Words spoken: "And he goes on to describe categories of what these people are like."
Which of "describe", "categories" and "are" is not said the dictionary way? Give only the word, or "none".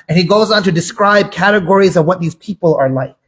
none